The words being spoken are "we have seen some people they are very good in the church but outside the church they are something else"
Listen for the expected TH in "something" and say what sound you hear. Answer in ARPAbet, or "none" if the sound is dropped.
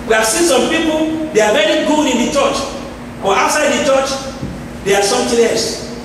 T